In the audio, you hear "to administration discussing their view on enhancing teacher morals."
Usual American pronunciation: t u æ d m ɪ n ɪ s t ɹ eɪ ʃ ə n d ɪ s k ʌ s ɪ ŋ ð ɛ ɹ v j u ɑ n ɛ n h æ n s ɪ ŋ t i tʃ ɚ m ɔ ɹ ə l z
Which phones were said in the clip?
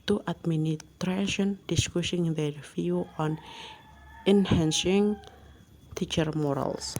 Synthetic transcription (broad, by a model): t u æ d m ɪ n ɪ t ɹ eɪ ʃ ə n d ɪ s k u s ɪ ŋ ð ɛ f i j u ɑ n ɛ n h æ n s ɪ ŋ t i tʃ ɚ m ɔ ɹ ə l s